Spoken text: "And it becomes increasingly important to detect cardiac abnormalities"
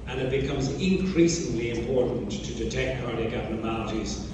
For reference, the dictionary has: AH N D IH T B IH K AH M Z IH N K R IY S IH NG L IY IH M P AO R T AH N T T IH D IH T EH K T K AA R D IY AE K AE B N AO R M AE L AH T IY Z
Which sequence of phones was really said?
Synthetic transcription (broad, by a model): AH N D IH T B IH K AH M Z IH N K R IY S IH NG L IY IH M P AO R T N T T IH D IH T EH K T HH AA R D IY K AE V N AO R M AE L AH T IY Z